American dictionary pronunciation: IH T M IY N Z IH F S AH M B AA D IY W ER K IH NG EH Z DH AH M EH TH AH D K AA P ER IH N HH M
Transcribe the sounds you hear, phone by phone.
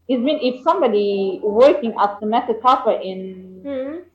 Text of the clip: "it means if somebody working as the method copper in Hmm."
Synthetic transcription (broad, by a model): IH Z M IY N IH F S AH M B AA D IY W ER K IH NG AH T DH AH M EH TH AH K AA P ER IH N